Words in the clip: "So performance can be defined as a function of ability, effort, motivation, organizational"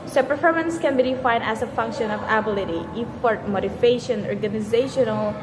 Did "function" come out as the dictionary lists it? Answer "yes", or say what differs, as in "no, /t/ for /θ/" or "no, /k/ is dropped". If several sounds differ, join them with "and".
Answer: yes